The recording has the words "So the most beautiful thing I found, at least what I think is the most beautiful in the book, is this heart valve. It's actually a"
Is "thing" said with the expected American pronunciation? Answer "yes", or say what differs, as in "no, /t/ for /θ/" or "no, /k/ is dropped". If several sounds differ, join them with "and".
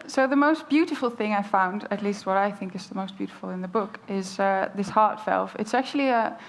yes